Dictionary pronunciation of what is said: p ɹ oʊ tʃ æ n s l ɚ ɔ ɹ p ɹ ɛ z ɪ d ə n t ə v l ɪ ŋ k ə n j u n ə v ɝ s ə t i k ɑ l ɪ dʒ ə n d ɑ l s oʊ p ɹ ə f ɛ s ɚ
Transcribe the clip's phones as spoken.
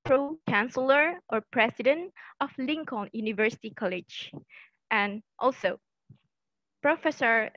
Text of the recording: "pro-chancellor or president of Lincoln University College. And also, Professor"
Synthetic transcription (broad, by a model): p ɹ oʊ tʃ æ n s l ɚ ɔ ɹ p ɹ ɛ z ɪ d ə n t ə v l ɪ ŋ k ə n j u n ə v ɝ s ə t i k ɑ l ɪ dʒ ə n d ɑ l s oʊ p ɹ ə f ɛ s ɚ